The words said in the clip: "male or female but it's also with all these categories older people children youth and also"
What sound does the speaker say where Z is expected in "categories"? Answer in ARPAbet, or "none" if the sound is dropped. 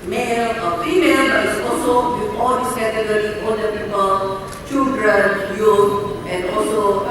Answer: none